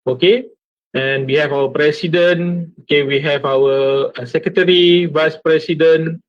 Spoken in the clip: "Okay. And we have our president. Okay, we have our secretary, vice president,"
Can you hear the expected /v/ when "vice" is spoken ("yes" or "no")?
yes